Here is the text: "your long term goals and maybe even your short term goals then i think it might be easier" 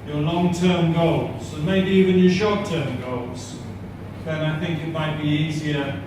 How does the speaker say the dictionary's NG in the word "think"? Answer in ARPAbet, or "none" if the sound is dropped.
NG